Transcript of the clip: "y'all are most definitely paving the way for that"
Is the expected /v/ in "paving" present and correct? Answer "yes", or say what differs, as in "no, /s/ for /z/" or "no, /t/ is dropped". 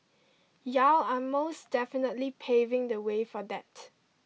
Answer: yes